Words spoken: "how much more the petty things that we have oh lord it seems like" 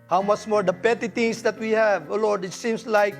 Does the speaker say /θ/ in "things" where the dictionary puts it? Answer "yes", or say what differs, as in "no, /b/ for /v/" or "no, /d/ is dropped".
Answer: no, /t/ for /θ/